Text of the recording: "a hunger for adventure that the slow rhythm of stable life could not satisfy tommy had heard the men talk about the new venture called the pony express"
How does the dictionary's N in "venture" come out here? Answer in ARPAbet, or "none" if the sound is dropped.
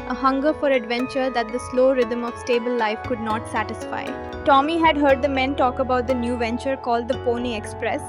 N